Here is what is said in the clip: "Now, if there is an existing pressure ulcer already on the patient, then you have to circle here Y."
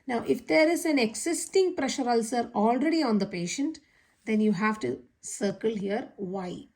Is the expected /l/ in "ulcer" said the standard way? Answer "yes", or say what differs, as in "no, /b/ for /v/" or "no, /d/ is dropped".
yes